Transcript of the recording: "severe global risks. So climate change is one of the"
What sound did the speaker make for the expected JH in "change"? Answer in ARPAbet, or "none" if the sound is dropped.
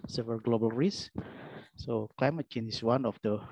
none